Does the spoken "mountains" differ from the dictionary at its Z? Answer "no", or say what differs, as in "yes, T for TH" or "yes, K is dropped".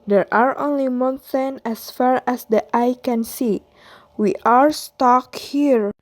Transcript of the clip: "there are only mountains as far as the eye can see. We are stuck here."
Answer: yes, Z is dropped